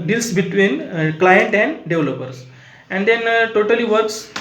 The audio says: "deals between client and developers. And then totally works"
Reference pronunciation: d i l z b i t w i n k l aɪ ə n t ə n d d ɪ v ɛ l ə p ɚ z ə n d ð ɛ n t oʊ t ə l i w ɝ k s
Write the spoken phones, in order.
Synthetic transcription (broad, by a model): d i l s b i t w i n k l aɪ ə n t ə n d d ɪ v l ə p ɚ s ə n d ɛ n t oʊ t ə l i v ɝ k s